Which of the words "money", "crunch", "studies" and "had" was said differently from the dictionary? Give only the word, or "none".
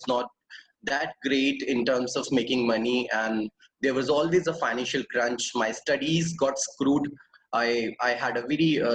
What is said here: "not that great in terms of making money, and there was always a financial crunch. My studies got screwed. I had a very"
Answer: none